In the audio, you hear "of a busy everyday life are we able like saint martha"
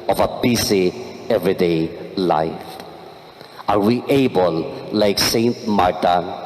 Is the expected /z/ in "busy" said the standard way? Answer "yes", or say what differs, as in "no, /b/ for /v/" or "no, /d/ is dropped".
no, /s/ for /z/